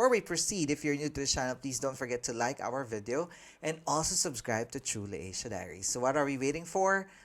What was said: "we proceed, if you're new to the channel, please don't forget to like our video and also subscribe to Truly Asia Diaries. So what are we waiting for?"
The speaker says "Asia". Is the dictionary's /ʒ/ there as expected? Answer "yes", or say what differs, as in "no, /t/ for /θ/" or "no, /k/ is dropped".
no, /ʃ/ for /ʒ/